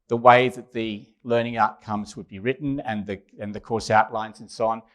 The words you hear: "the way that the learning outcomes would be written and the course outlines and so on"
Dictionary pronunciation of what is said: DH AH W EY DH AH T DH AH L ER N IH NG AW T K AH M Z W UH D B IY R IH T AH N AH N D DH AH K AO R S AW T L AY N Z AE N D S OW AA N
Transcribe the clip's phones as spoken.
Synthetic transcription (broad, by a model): DH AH W EY DH AH T DH AH L ER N IH NG AW T K AH M Z W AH D B IY R IH T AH N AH N DH AH K AO R S AW T L AY N Z N S OW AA N